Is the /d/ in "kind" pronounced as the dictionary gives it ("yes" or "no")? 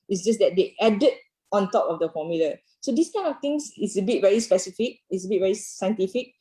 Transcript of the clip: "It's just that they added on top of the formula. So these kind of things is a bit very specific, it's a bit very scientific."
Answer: no